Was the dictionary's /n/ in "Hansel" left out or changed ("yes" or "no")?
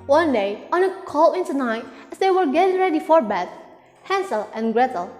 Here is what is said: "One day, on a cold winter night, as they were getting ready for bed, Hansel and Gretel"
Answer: no